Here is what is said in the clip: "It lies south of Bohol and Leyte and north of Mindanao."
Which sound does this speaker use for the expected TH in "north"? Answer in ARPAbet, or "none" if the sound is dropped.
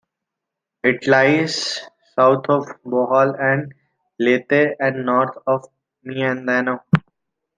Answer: T